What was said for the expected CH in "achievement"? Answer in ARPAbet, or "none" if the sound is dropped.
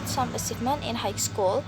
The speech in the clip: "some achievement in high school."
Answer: S